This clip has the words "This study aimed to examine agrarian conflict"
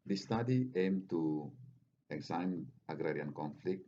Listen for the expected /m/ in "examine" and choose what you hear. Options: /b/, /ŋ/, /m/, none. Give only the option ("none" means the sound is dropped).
none